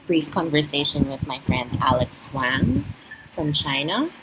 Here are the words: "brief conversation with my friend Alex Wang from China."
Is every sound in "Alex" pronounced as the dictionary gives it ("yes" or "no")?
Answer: yes